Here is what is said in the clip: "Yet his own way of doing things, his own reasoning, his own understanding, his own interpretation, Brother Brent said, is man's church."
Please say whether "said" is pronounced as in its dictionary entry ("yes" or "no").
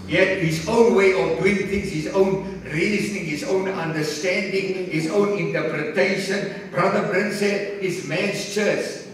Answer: no